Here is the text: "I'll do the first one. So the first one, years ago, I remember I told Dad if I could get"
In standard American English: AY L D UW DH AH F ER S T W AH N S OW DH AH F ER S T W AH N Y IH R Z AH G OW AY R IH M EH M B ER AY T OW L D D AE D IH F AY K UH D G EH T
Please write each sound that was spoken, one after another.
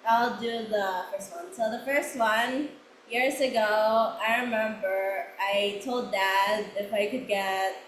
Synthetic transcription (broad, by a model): AY L D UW DH AH F ER S T W AH N S OW DH AH F ER S T W AH N Y IH R Z AH G OW AY R IH M EH M B ER AY T OW L D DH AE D IH F AY K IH D G EH T